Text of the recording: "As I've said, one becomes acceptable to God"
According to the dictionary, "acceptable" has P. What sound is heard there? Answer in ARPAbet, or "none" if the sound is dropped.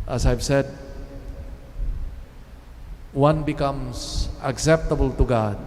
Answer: P